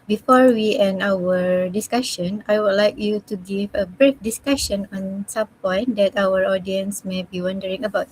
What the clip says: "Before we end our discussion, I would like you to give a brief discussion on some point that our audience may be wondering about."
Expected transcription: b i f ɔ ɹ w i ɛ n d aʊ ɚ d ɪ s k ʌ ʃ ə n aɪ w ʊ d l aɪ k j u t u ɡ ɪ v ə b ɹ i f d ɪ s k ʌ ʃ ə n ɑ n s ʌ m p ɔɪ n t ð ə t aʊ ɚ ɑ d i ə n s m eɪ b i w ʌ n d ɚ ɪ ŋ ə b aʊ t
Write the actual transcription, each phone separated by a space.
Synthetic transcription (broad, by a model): b i f ɔ ɹ w i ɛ n aʊ ɚ d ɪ s k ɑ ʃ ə n aɪ w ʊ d l aɪ k j u t u ɡ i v ə b ɹ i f d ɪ s k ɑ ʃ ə n ɑ n s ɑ m p ɔɪ n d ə t aʊ ɚ ɑ d i ə n s m eɪ b i w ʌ n d ɚ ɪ ŋ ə b aʊ t